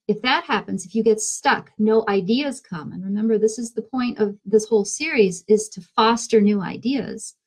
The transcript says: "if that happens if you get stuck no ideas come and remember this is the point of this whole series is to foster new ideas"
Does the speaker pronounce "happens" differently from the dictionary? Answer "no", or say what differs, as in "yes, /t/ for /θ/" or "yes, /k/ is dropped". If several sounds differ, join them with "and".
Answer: no